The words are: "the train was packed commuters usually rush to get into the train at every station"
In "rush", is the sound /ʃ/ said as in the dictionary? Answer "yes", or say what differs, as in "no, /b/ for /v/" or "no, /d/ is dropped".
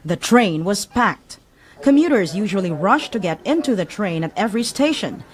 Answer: yes